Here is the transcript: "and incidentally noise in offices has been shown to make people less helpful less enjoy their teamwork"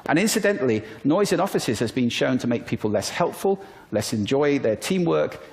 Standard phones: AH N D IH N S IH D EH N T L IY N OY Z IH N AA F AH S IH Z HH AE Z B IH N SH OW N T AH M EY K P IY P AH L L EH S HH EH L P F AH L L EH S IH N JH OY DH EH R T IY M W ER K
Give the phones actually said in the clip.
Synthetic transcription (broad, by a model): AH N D IH N S IH D EH N T L IY N OY Z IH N AA F AH S IH Z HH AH Z B IH N SH OW N T AH M EY K P IY P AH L L EH S HH EH L P F AH L L EH S IH N JH OY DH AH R T IY M W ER K